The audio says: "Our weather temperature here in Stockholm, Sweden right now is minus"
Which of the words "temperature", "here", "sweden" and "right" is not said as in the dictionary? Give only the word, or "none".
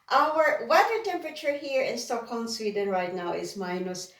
none